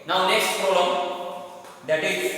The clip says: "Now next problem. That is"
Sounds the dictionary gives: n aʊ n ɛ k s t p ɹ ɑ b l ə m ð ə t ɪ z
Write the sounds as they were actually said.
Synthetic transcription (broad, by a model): n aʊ n ɛ k s t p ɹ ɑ l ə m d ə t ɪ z